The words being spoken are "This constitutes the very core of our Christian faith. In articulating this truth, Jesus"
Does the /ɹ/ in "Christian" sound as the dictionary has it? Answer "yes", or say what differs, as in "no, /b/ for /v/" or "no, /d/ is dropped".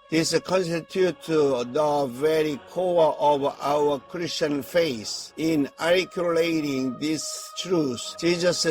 yes